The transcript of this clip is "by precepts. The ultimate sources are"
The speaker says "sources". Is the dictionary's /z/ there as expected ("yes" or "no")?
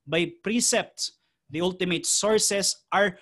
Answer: no